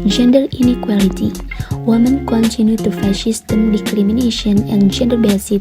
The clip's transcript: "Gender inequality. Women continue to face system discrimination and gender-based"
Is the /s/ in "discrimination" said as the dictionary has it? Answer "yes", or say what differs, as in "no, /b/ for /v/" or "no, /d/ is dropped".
no, /s/ is dropped